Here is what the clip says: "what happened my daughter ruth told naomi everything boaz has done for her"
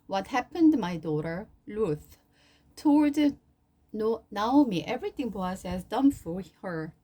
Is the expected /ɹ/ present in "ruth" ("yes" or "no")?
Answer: no